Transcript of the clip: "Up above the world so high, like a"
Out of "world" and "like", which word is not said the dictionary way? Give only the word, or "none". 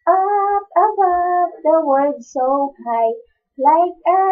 world